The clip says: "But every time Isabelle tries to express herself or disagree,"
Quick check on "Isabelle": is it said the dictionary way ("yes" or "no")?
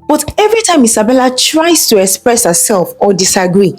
no